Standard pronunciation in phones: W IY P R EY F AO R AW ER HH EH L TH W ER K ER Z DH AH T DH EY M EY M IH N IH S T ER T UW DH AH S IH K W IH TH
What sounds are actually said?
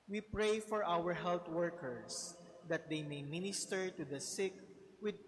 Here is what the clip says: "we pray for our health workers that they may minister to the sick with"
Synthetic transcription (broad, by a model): W IY P R EY F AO R AW ER HH EH L T W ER K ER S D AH T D EY M EY M IH N IH S T ER T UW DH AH S IH K W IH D